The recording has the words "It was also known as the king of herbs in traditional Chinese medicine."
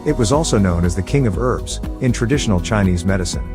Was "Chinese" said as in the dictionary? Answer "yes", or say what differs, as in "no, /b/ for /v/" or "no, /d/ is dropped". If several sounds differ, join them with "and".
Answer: yes